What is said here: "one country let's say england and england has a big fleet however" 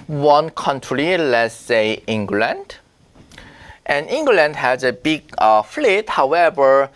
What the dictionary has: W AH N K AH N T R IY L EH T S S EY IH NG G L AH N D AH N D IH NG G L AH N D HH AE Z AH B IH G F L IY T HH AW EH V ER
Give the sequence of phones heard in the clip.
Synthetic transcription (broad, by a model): W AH N K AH N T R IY L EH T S S EY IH NG G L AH N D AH N IH NG G L AH N D HH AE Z AH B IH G F L IY T HH AW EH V ER